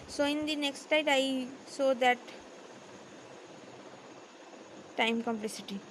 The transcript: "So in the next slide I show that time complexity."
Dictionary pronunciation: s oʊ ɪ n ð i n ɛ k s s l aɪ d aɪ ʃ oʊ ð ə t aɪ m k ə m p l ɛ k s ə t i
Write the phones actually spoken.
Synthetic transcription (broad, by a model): s oʊ ɪ n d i n ɛ k s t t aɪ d aɪ s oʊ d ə t aɪ m k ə m p l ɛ s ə t i